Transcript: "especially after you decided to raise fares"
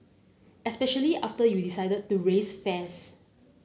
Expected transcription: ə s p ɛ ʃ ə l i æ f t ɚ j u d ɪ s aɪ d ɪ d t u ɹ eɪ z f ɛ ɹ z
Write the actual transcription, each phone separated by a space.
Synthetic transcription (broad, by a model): ə s p ɛ ʃ ə l i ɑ f t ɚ j u d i s aɪ d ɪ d t u ɹ eɪ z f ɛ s